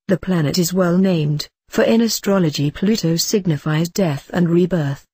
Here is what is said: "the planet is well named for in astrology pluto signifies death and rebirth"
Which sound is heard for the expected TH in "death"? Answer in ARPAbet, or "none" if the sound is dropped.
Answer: TH